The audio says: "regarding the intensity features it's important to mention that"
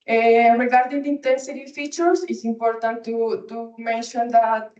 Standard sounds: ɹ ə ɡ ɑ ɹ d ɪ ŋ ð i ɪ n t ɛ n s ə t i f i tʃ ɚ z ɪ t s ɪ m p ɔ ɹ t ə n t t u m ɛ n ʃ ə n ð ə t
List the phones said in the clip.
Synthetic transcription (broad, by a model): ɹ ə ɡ ɑ ɹ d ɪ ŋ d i n t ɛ n s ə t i f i tʃ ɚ s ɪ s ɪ m p ɔ ɹ t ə n t t u m ɛ n ʃ ə n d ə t